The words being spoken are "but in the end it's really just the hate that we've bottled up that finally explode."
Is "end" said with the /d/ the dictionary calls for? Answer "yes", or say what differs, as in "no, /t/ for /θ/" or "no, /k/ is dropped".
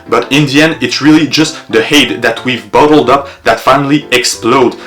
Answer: no, /d/ is dropped